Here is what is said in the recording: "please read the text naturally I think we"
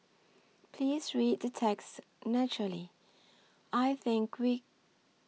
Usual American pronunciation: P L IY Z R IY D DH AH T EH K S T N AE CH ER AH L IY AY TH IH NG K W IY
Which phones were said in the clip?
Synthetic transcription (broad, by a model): P L IY Z R IY D DH AH T EH K S T N AE CH ER AH L IY AY TH IH NG K W IY